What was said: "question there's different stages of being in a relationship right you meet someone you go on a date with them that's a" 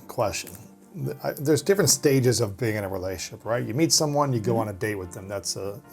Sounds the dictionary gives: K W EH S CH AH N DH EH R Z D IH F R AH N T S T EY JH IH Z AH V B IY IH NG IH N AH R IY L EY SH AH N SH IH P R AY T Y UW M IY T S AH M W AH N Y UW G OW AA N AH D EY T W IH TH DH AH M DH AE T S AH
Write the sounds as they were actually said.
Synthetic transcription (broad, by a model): K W EH S CH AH N DH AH R Z D IH F R AH N T S T EY JH IH Z AH V B IY IH NG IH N AH R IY L EY AH SH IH P R AY T Y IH M IY T S AH M W AH N Y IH G OW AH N AH D EY T W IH DH AH M DH AE T S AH